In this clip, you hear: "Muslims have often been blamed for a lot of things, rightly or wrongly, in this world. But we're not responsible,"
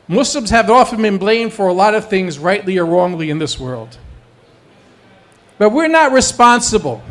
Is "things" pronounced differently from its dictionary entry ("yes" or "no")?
no